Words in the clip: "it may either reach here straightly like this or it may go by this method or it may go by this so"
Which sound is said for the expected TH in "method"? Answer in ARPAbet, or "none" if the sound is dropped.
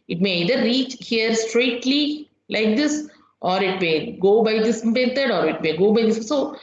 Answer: T